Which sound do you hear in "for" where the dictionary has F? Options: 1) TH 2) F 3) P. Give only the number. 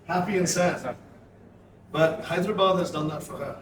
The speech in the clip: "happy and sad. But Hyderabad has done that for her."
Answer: 2